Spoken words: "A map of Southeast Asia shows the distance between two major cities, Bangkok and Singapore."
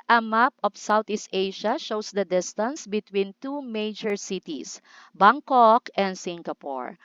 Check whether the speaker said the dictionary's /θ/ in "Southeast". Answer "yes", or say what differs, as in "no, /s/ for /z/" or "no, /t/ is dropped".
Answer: no, /t/ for /θ/